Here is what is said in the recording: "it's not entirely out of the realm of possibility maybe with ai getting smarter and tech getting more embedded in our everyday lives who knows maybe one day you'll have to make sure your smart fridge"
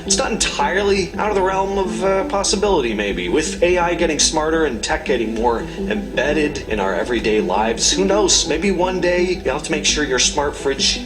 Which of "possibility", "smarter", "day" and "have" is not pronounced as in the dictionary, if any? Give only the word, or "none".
have